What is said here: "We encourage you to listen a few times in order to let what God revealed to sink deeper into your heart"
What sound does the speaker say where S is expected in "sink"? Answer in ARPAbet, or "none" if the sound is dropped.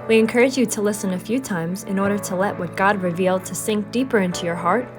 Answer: S